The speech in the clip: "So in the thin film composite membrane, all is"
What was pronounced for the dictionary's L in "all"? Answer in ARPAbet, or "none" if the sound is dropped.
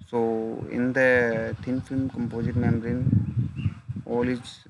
L